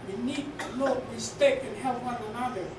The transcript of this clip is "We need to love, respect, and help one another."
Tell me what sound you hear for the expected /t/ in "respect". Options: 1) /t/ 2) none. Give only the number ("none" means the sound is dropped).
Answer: 2